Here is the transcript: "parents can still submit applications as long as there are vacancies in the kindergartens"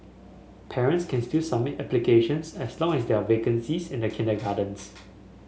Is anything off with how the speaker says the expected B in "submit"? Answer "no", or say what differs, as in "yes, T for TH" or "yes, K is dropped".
yes, B is dropped